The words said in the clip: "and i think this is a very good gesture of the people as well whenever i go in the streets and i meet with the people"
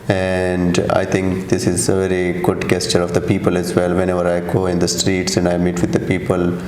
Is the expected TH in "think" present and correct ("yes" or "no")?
no